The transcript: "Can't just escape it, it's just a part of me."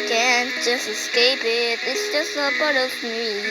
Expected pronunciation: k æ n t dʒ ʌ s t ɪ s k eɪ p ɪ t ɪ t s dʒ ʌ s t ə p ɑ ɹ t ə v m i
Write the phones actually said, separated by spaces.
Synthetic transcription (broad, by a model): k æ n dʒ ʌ s t ɪ s k eɪ p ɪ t ɪ t s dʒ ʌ s t ə b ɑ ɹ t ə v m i